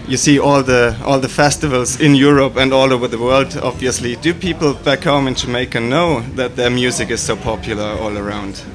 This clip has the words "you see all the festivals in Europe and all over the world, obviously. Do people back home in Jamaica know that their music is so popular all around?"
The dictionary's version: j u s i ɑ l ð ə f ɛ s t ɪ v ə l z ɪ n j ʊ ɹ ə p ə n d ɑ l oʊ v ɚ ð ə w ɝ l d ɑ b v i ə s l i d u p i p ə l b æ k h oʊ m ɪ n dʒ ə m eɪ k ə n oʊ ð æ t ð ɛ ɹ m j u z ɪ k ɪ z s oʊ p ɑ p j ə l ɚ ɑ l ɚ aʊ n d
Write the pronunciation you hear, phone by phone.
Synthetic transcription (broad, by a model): j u s i ɑ l ð ə f ɛ s t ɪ v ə l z ɪ n j ʊ ɹ ə p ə n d ɑ l oʊ v ɚ ð ə w ɝ l d ɑ b v i ə s l i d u p i p l b æ k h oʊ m ɪ n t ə m eɪ k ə n oʊ ð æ t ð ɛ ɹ m j u z ɪ k ɪ z s oʊ p ɑ p j ə l ɚ ɑ l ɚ aʊ n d